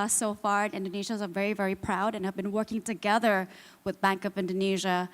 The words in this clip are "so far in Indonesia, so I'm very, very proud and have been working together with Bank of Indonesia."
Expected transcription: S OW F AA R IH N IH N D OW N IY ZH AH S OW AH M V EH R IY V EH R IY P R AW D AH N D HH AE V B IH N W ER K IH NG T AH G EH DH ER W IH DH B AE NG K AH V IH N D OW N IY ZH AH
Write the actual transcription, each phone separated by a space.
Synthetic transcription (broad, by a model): S OW F AA R IH N IH N D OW N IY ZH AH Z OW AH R V EH R IY V EH R IY P R AW D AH N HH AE V B IH N W ER K IH NG T AH G EH DH ER W IH DH B AE NG K AH V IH N D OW N IY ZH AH